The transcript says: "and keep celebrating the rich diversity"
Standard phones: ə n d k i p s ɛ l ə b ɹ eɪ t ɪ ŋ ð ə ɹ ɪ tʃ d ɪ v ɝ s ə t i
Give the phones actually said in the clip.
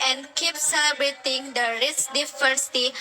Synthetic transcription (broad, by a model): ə n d k i p s ɛ l ə b ɹ eɪ t ɪ ŋ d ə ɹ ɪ s d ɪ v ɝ s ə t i